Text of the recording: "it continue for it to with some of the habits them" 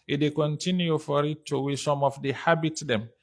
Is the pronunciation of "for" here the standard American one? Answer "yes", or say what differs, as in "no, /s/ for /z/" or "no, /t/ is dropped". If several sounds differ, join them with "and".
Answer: yes